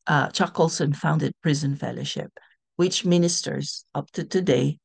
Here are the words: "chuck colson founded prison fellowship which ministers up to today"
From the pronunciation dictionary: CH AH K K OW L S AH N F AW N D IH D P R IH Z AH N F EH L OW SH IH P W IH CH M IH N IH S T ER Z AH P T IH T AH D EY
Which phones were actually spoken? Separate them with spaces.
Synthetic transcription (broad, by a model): CH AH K K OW L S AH N F AW N D IH D P R IH Z AH N F EH L OW SH IH P W IH CH M IH N IH S T ER Z AH P T IH T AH D EY